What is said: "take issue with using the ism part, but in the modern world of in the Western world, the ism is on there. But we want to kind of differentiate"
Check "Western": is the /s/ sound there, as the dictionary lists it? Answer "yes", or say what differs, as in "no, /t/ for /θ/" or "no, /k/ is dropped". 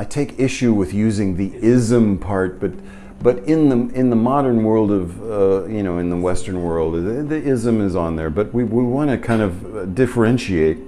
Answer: yes